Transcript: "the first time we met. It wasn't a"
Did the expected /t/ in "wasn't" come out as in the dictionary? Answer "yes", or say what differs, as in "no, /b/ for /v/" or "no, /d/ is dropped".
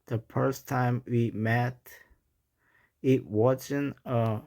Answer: no, /t/ is dropped